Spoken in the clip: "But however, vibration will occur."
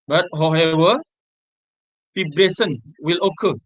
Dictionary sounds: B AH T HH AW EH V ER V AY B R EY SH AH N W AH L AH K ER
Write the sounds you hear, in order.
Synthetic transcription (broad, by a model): B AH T HH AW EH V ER F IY B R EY S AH N W AH L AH K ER